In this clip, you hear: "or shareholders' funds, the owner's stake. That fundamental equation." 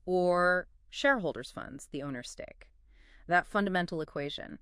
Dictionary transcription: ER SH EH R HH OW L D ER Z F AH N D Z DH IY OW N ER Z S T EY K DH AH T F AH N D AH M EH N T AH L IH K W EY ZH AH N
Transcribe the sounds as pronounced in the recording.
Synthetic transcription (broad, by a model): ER SH EH R HH OW L D ER Z F AH N D Z DH IY OW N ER S T EY K DH AH T F AH N D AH M EH N T L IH K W EY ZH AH N